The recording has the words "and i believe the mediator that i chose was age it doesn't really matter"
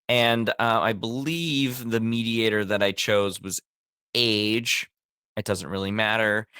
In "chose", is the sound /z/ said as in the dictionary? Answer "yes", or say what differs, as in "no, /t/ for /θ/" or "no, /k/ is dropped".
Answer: yes